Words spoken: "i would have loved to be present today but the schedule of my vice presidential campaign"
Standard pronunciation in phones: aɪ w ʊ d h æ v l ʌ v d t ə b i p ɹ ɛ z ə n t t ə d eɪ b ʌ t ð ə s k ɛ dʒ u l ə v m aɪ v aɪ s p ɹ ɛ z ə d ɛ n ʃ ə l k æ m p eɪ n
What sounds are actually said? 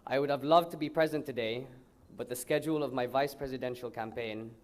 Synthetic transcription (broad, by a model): aɪ w ʊ d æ v l ʌ v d t ə b i p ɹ ɛ z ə n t t ə d eɪ b ʌ t ð ə s k ɛ dʒ u l ə v m aɪ v aɪ s p ɹ ɛ z ə d ɛ n ʃ ə l k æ m p eɪ n